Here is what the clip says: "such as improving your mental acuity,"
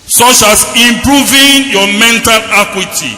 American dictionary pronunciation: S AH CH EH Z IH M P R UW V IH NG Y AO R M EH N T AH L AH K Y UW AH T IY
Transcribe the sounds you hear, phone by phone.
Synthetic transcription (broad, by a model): S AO CH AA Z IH M P R UW V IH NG Y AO M EH N T AH L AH K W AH T IY